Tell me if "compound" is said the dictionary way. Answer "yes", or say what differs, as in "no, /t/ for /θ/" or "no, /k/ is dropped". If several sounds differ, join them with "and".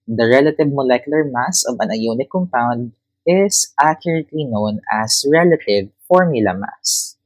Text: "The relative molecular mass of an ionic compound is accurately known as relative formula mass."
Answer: yes